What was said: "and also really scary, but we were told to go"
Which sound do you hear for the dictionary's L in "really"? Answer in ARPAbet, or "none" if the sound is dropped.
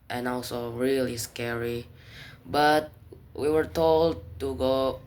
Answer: L